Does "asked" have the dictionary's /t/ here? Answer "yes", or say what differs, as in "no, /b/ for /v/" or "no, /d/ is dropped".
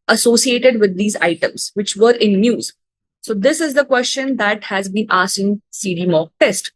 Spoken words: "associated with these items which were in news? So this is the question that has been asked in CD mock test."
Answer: no, /t/ is dropped